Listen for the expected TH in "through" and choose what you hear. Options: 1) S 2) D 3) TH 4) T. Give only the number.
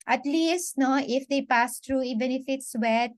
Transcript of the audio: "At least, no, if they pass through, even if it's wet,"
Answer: 4